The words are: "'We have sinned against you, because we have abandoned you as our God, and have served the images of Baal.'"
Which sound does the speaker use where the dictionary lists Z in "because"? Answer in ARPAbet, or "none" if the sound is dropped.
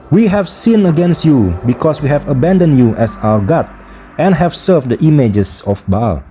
S